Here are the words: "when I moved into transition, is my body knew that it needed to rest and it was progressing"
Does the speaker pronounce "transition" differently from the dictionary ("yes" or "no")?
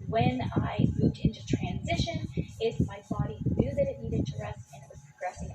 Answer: no